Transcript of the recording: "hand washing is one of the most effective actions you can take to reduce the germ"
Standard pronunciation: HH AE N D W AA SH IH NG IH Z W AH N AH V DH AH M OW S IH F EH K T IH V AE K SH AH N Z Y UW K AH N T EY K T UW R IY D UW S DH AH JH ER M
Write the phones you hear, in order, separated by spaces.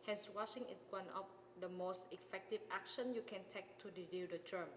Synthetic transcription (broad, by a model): HH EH N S W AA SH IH NG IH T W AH N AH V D AH M OW S IH F EH K T IH V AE K SH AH N Y UW K AH N T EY K T UW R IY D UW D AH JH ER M